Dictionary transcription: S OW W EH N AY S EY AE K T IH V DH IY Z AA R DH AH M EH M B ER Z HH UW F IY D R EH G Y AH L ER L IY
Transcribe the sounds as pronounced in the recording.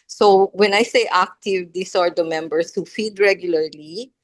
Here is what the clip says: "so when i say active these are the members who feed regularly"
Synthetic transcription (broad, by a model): S OW W EH N AY S EY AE K T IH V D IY S AA R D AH M EH M B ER S HH UW F IY D R EH G Y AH L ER L IY